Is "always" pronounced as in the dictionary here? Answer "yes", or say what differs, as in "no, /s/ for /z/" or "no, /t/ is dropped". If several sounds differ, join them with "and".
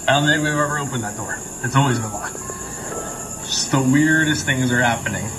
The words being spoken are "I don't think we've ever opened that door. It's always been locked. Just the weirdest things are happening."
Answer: yes